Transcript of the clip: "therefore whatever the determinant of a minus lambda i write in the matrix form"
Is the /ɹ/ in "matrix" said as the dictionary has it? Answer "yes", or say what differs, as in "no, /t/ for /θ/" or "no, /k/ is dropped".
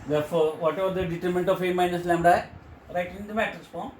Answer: no, /ɹ/ is dropped